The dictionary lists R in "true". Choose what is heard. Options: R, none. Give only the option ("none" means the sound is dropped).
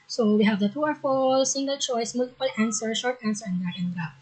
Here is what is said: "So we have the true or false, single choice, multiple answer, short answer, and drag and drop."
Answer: none